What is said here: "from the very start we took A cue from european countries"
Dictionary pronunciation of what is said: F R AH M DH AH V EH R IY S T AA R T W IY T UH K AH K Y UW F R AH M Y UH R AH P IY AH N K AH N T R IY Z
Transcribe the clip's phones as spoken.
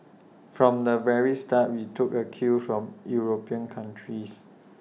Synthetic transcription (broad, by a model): F R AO M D AH V EH R IY S T AA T W IY T UH K AH K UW F R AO M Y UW R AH P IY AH N K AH N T R IY S